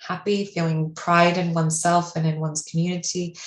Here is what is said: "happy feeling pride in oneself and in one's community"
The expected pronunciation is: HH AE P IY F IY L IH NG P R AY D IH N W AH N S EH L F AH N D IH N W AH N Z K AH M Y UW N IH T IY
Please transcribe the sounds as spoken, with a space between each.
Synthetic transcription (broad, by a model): HH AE P IY F IY L IH NG P R AY D IH N W AH N S EH L F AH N IH N W AH N Z K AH M Y UW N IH T IY